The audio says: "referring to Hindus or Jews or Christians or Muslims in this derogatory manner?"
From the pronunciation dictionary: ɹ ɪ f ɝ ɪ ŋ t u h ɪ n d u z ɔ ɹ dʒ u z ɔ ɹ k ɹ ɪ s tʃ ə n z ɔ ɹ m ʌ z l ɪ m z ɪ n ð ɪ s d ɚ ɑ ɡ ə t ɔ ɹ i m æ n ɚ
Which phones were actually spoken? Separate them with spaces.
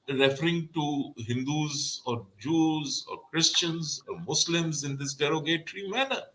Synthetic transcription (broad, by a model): ɹ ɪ f ɝ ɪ ŋ t u h ɪ n d u z ɔ ɹ dʒ u z ɔ ɹ k ɹ ɪ s tʃ ə n z ɔ ɹ m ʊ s l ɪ m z ɪ n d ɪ s d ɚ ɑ ɡ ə t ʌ ɹ i m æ n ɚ